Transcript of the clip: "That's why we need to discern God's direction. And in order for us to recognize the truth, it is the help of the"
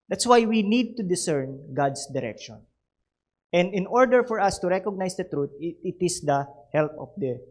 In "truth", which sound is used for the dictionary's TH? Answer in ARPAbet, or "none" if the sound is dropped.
T